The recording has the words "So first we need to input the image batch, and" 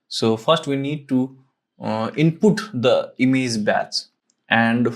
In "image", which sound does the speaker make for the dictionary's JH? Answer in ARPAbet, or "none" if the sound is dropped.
Z